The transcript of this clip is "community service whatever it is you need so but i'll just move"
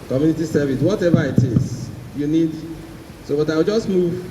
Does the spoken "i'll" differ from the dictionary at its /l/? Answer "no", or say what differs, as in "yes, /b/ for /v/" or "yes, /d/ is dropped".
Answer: yes, /w/ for /l/